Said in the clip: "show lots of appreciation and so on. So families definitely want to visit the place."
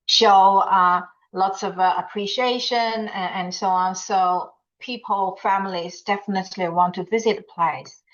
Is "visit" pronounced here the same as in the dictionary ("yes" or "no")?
yes